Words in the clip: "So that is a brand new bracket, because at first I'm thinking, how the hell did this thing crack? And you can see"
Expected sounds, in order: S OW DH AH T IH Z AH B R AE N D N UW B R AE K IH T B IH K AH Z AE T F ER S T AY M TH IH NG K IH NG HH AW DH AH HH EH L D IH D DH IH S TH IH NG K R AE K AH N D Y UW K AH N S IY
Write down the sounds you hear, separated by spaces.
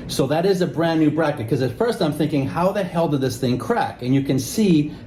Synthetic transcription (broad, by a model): S OW DH AH T IH Z AH B R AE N N UW B R AE K IH T K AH Z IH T F ER S T AY M TH IH NG K IH NG HH AW DH AH HH EH L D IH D DH IH S TH IH NG K R AE K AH N Y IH K AH N S IY